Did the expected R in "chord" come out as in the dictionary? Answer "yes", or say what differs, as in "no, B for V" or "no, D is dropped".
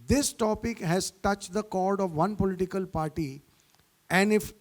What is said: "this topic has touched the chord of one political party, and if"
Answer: yes